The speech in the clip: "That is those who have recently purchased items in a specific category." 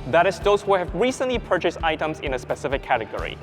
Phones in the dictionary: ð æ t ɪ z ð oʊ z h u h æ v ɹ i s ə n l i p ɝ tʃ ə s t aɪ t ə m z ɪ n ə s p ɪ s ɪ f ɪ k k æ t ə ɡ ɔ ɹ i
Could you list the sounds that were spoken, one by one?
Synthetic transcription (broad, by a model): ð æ t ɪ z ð oʊ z h u h æ v ɹ i s ə n l i p ɝ tʃ ə s t aɪ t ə m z ɪ n ə s p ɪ s ɪ f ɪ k k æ t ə ɡ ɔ ɹ i